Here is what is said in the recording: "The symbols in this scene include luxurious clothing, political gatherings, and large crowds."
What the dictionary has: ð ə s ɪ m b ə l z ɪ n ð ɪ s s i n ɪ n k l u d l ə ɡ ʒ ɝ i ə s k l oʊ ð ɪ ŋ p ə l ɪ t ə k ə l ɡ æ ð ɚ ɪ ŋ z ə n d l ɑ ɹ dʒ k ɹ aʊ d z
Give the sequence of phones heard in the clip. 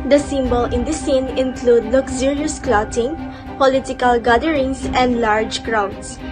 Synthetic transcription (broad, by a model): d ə s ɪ m b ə l ɪ n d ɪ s s i n ɪ n k l u d l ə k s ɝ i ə s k l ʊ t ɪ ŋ p ə l ɪ t ə k ə l ɡ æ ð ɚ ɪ ŋ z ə n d l ɑ ɹ dʒ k ɹ aʊ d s